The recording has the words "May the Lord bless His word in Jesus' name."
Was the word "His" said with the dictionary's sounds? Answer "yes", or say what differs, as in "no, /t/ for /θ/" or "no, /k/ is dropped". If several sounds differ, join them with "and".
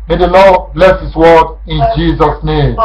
no, /s/ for /z/